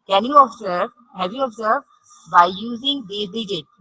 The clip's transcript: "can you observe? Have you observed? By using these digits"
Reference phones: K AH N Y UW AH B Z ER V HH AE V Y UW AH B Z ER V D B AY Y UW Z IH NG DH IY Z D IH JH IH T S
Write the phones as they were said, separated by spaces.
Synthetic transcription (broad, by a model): K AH N Y UW AH B Z ER V HH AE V Y UW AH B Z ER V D B AY Y UW Z IH NG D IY D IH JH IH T